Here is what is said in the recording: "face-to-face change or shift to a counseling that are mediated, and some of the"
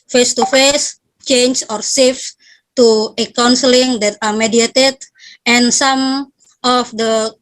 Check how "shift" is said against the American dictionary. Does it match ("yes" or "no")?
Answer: no